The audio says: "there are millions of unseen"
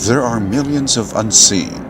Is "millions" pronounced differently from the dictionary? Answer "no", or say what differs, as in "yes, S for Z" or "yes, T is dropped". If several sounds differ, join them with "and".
no